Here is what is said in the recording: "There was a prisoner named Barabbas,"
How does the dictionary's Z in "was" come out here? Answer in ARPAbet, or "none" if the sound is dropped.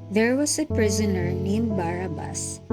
S